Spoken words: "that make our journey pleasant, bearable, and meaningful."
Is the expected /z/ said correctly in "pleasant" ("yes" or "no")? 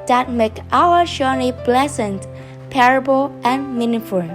no